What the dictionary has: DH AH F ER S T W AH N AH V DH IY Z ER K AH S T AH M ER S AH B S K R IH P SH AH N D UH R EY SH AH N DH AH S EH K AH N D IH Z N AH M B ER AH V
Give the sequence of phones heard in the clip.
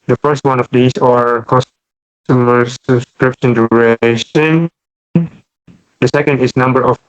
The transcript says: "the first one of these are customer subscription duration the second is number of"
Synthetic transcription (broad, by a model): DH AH F ER S T W AH N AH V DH IY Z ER K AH S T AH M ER S AH B S K R IH P SH AH N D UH R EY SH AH N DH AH S EH K AH N D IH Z N AH M B ER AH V